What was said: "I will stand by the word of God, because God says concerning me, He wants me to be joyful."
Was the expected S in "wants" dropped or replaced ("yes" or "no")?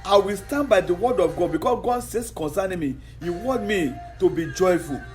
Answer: yes